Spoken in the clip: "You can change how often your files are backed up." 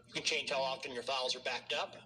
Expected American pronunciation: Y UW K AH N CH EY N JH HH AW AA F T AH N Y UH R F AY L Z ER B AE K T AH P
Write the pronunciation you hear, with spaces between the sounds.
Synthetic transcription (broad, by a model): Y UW K AH N CH EY N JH HH AW AA F T AH N Y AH R F AY L Z ER B AE K T AH P